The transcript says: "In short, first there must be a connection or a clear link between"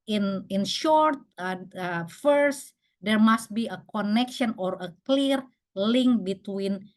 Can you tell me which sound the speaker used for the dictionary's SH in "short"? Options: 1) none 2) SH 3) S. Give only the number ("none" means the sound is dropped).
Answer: 2